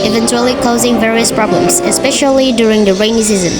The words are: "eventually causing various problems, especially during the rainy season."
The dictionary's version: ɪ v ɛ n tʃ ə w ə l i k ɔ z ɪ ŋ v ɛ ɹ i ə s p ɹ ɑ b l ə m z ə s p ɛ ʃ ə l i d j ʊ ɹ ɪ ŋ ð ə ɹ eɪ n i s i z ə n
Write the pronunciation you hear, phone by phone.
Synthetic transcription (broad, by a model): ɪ v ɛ n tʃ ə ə l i k ɔ z ɪ ŋ v ɛ ɹ i ə s p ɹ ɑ b l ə m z ə s p ɛ ʃ ə l i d j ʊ ɹ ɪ ŋ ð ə ɹ eɪ n i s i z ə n